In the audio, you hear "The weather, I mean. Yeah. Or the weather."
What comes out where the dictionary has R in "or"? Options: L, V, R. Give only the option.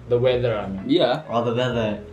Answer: L